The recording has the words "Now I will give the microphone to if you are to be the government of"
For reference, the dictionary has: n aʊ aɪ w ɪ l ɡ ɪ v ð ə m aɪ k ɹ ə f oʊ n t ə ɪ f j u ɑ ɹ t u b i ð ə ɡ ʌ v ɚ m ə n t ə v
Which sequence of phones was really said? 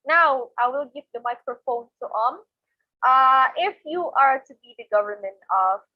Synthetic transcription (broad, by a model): n aʊ aɪ w ɪ l ɡ ɪ v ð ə m aɪ k ɹ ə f oʊ n t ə ɪ f j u ɑ ɹ t u b i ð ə ɡ ʌ v ɚ m ə n t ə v